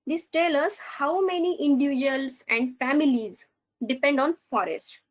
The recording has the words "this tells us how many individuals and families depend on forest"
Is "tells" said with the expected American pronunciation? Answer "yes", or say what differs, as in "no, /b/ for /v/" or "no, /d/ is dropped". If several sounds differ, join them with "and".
no, /z/ is dropped